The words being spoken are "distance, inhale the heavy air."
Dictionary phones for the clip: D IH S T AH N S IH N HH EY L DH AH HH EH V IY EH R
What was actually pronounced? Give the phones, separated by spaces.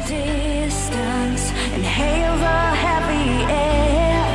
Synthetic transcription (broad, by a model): D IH S T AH N S IH N HH EY L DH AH HH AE P IY EH